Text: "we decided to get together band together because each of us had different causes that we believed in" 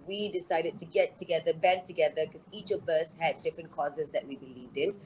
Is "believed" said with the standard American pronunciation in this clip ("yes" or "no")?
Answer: yes